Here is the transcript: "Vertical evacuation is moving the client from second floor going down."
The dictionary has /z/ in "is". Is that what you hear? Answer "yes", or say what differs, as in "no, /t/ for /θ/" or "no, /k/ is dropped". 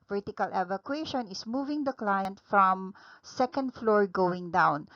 no, /s/ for /z/